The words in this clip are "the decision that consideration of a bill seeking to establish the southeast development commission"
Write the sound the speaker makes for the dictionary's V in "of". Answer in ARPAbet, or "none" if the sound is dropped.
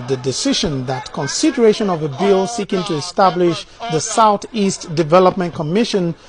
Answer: V